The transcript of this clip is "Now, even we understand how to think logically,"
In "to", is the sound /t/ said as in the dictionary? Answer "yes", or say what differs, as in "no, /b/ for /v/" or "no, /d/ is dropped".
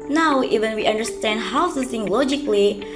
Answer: no, /s/ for /t/